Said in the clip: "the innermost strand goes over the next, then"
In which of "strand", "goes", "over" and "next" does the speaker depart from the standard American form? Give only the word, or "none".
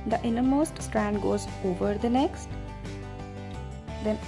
none